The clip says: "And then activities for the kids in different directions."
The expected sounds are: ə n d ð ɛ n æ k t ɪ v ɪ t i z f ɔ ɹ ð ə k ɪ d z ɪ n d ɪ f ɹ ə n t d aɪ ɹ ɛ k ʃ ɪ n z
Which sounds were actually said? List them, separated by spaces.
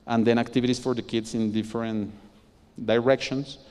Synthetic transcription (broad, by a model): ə n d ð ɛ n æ k t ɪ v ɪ t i s f ɔ ɹ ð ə k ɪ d s ɪ n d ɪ f ɹ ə n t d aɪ ɹ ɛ k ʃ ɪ n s